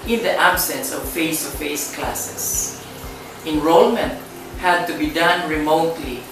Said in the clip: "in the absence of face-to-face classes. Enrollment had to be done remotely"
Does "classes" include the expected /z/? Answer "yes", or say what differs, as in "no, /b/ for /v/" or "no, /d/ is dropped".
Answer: no, /s/ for /z/